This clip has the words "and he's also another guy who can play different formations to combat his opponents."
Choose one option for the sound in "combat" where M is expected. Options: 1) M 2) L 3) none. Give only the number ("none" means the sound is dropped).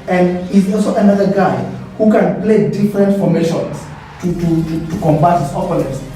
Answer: 1